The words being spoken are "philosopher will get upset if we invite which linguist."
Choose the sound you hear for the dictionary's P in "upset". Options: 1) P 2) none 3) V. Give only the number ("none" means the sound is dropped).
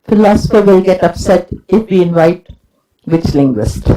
1